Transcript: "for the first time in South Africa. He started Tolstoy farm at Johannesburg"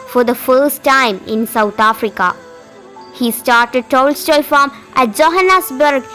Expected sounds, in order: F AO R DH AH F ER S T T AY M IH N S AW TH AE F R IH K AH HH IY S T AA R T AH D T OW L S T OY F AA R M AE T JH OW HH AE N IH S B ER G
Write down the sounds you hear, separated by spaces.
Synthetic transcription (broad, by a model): F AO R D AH F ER S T T AY M IH N S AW T AE F R IH K AH HH IY S T AA R T AH D T OW L S T OY F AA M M AE T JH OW HH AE N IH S B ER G